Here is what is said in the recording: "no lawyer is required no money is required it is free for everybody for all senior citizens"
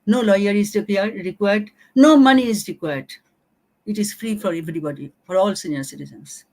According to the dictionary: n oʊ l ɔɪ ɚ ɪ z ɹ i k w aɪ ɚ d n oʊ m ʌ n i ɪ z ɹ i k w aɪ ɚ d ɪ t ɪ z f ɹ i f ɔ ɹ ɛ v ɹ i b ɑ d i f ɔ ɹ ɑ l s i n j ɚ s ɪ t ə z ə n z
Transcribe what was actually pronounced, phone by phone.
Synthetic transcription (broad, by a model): n oʊ l ɔɪ ɚ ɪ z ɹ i k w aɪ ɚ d n oʊ m ʌ n i ɪ z ɹ i k w aɪ ɚ d ɪ t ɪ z f ɹ i f ɔ ɹ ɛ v ɹ i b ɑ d i f ɔ ɹ ɑ l s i n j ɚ s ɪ t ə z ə n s